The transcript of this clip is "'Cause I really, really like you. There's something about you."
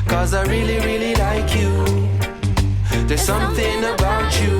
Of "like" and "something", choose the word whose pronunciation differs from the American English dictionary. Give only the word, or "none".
none